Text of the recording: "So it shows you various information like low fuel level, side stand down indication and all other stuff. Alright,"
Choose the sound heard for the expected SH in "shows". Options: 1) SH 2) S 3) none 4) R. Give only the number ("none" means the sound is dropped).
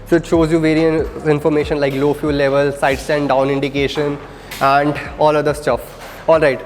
1